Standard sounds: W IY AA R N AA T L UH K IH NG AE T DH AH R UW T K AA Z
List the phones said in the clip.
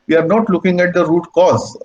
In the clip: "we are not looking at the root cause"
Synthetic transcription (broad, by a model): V IY AA R N AA T L UH K IH NG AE T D AH R UW T K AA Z